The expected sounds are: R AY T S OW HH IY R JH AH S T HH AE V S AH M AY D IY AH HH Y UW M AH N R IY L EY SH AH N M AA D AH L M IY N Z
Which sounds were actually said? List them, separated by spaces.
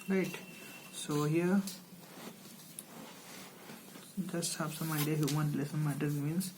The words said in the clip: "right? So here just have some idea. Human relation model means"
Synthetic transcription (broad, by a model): R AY T S OW HH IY R JH AH S T HH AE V S AH M AY D IY AH HH Y UW M AH N L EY S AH N M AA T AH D M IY N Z